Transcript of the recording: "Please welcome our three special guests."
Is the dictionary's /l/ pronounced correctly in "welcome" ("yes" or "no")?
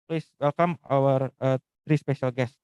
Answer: yes